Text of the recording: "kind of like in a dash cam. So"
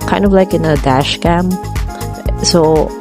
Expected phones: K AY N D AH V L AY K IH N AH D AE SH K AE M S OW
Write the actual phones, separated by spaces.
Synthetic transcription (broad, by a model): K AY N D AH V L AY K IH N AH D AE SH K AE M S OW